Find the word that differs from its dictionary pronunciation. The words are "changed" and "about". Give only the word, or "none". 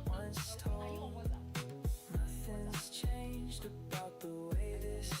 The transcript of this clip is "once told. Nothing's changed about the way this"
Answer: none